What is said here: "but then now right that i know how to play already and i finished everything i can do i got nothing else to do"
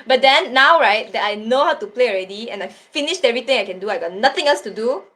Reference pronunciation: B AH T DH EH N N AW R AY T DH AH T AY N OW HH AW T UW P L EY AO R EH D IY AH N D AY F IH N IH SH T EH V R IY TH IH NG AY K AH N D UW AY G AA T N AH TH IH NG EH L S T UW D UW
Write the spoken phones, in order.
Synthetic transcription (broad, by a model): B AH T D EH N N AW R AY T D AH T AY N OW HH AW T UW P L EY AO R EH D IY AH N AY F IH N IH SH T EH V R IY T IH NG AY K AH N D UW AY G AA T N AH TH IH NG EH L S T UW D UW